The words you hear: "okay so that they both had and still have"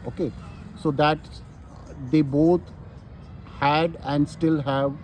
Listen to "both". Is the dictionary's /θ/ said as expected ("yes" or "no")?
no